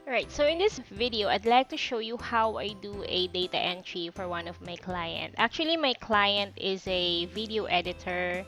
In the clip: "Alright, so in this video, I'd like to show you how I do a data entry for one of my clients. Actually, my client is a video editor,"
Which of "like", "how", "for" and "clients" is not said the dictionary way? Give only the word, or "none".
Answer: clients